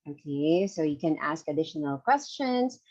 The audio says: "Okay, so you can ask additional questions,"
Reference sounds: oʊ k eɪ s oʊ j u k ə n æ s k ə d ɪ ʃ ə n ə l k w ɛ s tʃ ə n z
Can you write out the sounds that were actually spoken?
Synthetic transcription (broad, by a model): oʊ k eɪ s oʊ j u k ə n æ s k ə d ɪ ʃ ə n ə l k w ɛ s tʃ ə n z